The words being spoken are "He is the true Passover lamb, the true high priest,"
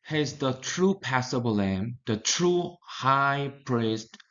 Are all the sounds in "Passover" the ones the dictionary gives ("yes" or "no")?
no